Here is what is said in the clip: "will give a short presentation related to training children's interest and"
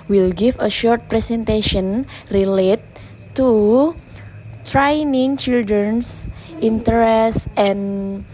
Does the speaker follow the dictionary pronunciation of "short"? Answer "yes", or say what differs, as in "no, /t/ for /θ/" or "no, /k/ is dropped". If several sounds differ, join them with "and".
yes